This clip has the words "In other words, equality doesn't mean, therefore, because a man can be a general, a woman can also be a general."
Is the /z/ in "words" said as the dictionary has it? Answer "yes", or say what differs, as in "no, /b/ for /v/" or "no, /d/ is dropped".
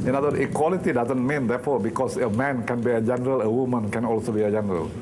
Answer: no, /z/ is dropped